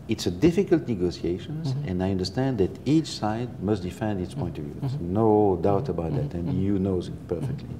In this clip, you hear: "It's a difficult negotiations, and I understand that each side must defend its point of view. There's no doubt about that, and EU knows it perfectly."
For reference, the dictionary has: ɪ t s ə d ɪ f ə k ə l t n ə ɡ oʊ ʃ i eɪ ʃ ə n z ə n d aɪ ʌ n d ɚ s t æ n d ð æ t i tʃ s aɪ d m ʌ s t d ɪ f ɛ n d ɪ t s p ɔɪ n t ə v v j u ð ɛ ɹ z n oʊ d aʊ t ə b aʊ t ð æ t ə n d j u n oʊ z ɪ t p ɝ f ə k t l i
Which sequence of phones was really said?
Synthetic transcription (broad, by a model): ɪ t s ə d ɪ f ə k ə l t n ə ɡ oʊ s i eɪ ʃ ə n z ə n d aɪ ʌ n d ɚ s t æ n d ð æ t i tʃ s aɪ d m ʌ s t d ɪ f ɛ n d ɪ t s p ɔɪ n t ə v v j u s n oʊ d aʊ t ə b aʊ t ð æ t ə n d j u n oʊ z ɪ t p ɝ f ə k t l i